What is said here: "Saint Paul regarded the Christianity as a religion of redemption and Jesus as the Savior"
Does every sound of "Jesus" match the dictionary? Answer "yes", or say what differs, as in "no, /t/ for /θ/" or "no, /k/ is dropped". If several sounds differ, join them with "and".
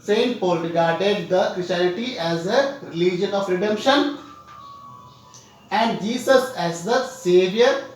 no, /s/ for /z/